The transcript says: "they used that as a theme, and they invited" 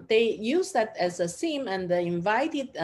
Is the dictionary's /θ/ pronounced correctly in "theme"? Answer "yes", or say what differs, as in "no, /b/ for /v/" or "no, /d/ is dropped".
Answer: no, /s/ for /θ/